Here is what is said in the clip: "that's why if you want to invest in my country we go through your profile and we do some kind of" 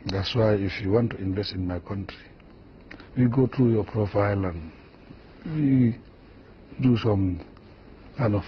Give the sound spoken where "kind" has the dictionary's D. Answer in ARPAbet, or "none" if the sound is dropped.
none